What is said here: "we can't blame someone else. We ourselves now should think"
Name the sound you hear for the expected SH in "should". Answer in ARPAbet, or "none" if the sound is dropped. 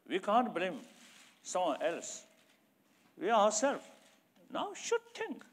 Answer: SH